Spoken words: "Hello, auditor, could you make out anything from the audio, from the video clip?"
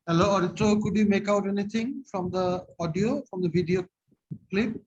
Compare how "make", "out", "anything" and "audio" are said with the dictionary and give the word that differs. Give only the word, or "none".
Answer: anything